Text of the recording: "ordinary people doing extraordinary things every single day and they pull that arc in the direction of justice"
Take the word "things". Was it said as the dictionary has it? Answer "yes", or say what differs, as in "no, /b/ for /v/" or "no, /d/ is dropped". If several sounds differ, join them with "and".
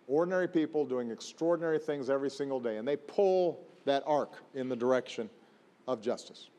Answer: yes